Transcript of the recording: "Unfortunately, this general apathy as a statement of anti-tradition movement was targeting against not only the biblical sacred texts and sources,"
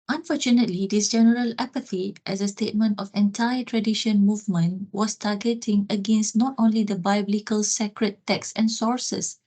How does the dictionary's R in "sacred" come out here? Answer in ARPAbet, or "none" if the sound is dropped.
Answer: R